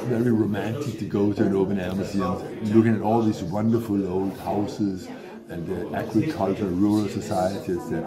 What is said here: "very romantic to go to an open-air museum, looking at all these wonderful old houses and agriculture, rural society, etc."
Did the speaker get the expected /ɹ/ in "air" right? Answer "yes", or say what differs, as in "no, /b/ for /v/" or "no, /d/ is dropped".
no, /l/ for /ɹ/